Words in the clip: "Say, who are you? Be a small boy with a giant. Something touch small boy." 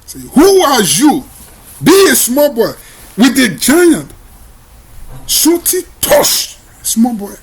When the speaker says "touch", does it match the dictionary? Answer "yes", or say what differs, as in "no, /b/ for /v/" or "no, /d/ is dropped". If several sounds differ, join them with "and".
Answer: no, /ʃ/ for /tʃ/